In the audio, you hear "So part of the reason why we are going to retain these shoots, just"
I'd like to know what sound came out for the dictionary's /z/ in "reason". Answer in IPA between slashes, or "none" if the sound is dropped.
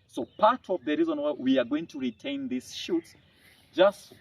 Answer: /z/